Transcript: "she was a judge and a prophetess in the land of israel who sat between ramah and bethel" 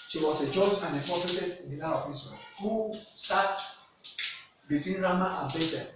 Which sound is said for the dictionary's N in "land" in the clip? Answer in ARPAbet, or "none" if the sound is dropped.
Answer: none